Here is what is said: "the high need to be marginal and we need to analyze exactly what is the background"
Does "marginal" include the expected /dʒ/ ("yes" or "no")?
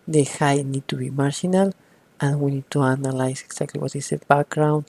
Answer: no